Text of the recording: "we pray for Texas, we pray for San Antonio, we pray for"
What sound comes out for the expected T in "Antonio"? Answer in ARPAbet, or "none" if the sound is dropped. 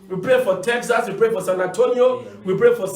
T